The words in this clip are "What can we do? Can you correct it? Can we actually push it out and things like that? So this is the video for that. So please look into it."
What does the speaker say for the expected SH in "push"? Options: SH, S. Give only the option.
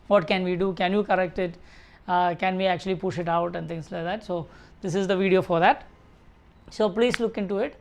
SH